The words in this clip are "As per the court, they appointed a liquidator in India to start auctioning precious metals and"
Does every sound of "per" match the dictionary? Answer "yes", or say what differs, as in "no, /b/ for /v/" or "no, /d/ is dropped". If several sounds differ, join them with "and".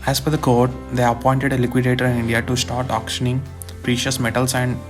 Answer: no, /f/ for /p/